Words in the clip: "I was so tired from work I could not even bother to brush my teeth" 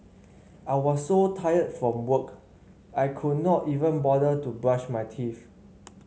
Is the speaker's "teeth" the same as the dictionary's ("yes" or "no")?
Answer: no